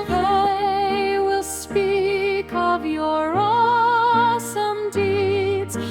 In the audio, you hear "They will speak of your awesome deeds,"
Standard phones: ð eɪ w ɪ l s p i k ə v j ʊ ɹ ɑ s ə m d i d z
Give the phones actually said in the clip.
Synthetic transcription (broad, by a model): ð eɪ w ɪ l s p i k ə v j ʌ ɹ ɑ s ə m d i d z